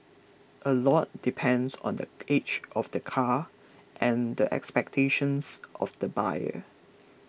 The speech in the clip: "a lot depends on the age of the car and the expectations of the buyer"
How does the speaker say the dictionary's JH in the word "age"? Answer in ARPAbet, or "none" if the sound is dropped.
CH